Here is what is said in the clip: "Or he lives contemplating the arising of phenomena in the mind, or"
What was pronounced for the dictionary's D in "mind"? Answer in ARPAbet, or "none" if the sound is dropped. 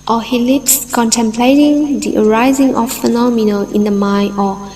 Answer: none